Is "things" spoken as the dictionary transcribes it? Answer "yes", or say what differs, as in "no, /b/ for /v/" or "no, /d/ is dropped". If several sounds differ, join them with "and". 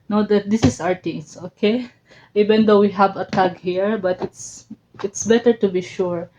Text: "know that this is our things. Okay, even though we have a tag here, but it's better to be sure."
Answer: no, /t/ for /θ/ and /s/ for /z/